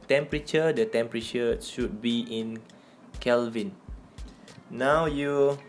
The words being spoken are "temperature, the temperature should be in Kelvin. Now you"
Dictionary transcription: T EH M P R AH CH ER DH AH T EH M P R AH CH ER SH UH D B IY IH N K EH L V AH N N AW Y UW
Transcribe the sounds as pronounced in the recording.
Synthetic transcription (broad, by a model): T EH M P R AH CH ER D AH T EH M P R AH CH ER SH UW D B IY IH N K EH L V AH N N AW Y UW